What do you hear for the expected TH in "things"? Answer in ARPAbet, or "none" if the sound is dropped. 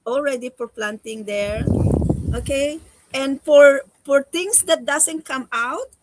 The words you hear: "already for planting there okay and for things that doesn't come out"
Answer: F